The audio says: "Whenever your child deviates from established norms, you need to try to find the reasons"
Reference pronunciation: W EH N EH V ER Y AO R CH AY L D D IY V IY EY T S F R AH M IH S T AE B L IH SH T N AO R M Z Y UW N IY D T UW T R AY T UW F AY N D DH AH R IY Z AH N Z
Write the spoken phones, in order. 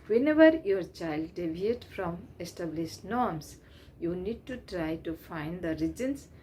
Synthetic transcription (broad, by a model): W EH N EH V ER Y AO R CH AY L D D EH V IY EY T F R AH M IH S T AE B L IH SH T N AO R M S Y UW N IY D T UW T R AY T UW F AY N D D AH R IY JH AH N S